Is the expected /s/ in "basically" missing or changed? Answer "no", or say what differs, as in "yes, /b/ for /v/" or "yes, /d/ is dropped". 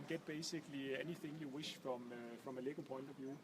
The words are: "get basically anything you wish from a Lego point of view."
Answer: no